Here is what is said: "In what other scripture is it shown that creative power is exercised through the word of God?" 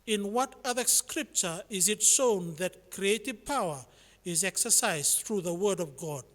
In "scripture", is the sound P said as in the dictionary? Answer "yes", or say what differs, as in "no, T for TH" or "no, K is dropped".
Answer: yes